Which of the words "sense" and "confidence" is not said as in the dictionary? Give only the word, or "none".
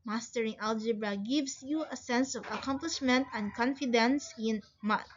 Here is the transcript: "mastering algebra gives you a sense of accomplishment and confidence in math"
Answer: none